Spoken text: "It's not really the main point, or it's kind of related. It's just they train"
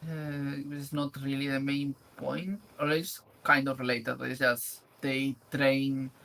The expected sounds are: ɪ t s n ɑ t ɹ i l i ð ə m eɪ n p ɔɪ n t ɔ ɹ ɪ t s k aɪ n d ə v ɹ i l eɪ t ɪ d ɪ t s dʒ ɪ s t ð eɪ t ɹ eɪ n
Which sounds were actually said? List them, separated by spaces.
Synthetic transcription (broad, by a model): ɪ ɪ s n ɑ t ɹ i l i ð ə m eɪ n p ɔɪ n t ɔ l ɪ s k aɪ n d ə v ɹ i l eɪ t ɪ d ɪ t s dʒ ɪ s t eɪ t ɹ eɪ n